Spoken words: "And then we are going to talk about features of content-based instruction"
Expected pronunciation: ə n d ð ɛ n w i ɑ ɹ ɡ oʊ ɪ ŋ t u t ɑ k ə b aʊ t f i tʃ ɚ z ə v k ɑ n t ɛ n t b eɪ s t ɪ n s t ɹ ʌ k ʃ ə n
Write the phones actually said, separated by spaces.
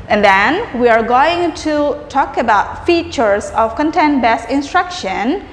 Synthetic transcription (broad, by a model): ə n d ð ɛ n w i ɑ ɹ ɡ oʊ ɪ ŋ t u t ɑ k ə b aʊ t f i tʃ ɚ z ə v k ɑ n t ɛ n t b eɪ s ɪ n s t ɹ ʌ k ʃ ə n